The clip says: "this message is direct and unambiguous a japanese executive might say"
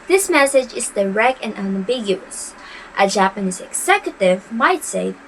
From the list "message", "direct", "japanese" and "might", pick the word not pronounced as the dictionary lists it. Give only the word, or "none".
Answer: none